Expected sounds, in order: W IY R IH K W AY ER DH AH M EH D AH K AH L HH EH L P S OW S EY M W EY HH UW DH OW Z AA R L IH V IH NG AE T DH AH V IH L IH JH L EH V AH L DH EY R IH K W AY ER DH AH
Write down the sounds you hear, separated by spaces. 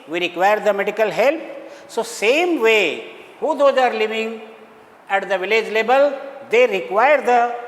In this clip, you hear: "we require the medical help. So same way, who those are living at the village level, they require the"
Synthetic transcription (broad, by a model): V IY R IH K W AY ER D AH M EH D AH K AH L HH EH L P S OW S EY M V EY HH UW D OW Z AA R L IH V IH NG AE T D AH V IH L IH JH L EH B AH L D EY R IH K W AY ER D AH